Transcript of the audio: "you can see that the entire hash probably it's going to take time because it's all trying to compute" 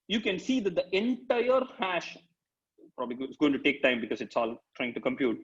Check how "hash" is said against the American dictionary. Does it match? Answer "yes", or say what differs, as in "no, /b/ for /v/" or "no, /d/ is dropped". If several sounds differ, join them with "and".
yes